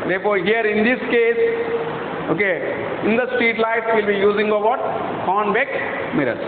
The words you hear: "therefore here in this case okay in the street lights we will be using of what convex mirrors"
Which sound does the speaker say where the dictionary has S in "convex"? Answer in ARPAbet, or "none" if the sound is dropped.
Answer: none